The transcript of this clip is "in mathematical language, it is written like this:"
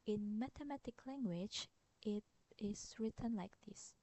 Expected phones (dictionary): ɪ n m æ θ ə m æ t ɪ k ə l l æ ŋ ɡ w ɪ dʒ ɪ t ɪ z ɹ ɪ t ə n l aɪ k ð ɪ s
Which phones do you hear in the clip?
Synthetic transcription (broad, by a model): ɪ n m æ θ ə m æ t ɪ k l l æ ŋ ɡ w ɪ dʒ ɪ t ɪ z ɹ ɪ t ə n l aɪ k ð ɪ s